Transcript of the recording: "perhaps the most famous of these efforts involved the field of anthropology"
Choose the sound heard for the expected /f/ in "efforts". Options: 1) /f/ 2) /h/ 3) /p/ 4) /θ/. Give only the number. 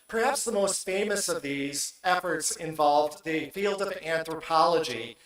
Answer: 1